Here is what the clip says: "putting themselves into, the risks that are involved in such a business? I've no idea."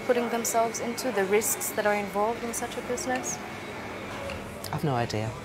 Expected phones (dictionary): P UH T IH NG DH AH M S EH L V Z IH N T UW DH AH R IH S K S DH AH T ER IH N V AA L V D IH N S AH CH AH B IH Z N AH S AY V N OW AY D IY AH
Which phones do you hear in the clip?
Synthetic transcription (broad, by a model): P UH T IH NG DH AH M S EH L V Z IH N T UW DH AH R IH S K S DH AH T ER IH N V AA L V D IH N S AH CH AH B IH Z N AH S AY V N OW AY D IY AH